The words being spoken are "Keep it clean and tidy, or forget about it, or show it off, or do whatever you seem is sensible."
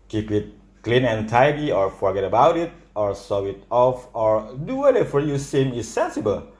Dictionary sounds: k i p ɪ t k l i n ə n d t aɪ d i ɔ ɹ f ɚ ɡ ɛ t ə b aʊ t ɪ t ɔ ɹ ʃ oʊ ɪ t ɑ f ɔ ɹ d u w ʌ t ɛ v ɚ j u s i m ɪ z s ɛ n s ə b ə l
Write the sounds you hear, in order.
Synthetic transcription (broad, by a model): k i p ɪ t k l i n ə n t aɪ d i ɔ ɹ f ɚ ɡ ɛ t ə b aʊ t ɪ t ɔ ɹ s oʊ ɪ t ɑ f ɔ ɹ d u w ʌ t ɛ f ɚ j u s i m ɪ s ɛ n s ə b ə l